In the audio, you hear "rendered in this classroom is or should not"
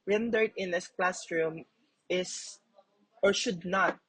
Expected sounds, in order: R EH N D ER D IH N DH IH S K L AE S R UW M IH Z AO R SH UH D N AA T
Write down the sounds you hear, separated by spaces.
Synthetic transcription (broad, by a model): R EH N D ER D IH N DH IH S K L AE S R UW M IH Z AO R SH UH D N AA T